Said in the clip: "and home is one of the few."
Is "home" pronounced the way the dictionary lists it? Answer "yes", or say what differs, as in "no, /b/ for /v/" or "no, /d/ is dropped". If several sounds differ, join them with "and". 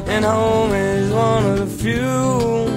yes